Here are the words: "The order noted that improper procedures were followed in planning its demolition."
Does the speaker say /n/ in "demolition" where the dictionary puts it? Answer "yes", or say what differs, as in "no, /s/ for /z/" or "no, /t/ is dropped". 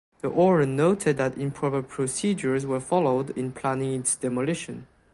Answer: yes